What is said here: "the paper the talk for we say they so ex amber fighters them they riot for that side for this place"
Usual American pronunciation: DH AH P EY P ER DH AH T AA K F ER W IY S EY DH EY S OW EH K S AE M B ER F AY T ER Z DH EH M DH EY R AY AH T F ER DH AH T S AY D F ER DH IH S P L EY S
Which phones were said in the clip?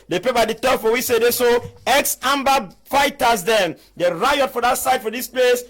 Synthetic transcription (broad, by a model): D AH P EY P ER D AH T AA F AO W IY S EY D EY S OW EH K S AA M B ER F AY T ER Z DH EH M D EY R AY AH T F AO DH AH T S AY D F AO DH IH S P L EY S